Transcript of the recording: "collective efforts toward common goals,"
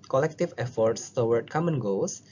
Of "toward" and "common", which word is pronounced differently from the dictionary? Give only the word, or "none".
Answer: toward